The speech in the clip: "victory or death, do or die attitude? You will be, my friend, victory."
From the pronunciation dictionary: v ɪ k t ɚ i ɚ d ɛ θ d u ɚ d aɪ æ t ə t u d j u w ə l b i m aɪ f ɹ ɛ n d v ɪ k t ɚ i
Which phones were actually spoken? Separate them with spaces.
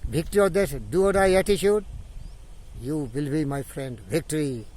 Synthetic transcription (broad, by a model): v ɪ k t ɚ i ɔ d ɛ s d u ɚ d aɪ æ t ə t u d j u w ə l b i m aɪ f ɹ ɛ n d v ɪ k t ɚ i